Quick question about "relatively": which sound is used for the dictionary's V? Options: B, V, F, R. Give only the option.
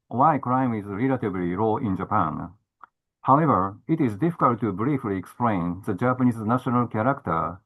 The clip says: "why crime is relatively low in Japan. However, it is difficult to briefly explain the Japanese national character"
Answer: B